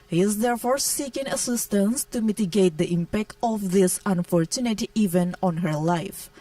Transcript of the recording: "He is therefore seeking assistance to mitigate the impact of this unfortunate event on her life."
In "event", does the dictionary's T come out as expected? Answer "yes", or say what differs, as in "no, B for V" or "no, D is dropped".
no, T is dropped